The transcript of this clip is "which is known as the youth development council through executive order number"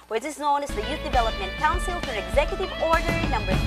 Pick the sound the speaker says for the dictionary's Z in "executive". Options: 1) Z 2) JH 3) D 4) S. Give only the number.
1